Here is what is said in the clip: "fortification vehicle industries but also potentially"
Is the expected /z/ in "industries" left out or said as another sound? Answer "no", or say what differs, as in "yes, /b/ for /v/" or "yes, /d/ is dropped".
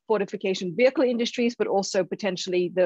no